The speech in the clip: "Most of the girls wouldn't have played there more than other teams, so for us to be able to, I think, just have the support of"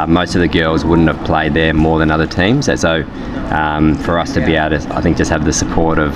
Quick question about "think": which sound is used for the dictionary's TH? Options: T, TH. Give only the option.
TH